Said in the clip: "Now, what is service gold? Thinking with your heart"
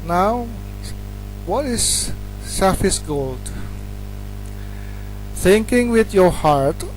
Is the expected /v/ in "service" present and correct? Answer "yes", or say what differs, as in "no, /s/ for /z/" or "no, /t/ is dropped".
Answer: no, /f/ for /v/